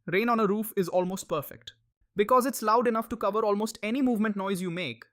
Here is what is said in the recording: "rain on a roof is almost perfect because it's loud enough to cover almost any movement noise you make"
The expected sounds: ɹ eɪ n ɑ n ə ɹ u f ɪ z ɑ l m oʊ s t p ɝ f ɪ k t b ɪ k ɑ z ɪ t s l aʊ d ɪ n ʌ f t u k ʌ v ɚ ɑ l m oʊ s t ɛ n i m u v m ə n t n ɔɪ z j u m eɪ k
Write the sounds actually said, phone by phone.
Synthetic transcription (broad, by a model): ɹ eɪ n ɑ n ə ɹ u f ɪ z ɑ l m oʊ s t p ɝ f ɪ k t b ɪ k ɑ z ɪ t s l aʊ d ɪ n ʌ f t u k ʌ v ɚ ɑ l m oʊ s t ɛ n i m u v m ə n t n ɔɪ z j u m eɪ k